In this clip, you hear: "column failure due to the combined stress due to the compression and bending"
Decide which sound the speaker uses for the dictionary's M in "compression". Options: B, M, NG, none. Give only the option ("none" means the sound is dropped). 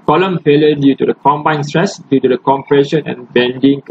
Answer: M